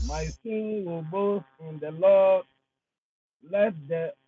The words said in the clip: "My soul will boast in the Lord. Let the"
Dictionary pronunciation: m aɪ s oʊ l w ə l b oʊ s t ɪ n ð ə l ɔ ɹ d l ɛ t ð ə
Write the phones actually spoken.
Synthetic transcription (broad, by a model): m aɪ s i n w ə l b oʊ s ɪ n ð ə l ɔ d l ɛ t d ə